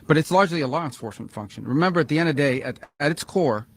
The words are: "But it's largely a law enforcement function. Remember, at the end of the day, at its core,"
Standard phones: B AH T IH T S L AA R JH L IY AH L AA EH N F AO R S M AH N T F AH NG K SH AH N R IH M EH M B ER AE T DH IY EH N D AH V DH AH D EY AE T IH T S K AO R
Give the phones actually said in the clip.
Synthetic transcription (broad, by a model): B AH T IH T S L AA R JH L IY AH L AA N F AO R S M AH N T F AH NG K SH AH N R IH M EH M B ER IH T DH IY EH N D AH V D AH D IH T IH T S K AO R